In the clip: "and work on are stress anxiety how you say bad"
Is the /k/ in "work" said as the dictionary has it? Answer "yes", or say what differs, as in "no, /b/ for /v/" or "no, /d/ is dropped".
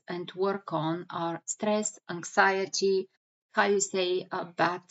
yes